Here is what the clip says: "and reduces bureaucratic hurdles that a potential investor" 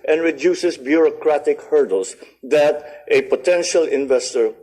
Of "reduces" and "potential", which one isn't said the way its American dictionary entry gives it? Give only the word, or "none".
reduces